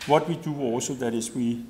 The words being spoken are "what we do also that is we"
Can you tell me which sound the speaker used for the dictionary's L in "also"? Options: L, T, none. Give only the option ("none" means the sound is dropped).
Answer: none